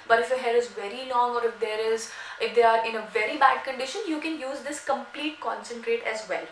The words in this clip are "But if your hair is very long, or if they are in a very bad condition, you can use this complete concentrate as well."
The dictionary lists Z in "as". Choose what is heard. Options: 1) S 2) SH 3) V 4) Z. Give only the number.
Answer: 4